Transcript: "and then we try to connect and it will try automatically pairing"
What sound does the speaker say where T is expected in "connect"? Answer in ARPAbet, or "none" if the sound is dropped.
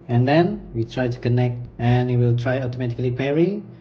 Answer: T